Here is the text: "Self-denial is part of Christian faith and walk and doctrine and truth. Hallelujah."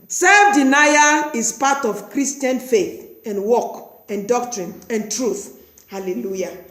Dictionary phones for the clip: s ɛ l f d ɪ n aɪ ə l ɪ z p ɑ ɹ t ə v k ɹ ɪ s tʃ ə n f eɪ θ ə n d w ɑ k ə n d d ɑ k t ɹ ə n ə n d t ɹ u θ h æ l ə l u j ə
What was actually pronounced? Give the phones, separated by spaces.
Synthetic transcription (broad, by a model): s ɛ l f d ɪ n aɪ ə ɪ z p ɑ t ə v k ɹ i s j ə n f eɪ θ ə n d w ɑ k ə n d d ɑ k t ɹ ə n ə n t ɹ u θ h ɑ l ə l u j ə